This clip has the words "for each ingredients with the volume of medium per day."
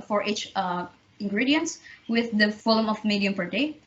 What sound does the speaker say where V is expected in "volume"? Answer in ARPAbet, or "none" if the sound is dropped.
F